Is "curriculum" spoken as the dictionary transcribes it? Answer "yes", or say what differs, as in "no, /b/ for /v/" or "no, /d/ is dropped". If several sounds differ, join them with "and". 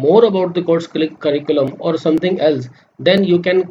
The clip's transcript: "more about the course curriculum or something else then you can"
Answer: yes